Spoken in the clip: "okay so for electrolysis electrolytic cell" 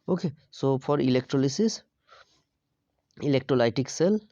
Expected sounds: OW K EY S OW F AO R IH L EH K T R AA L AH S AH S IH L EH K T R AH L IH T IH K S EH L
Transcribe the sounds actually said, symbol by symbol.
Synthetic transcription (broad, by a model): OW K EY S OW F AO R IH L EH K T R AA L AH S AH S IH L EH K T R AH L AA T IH K S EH L